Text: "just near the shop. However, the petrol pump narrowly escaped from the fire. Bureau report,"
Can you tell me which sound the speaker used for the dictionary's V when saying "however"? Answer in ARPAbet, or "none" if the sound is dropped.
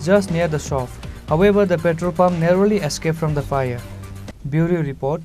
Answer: B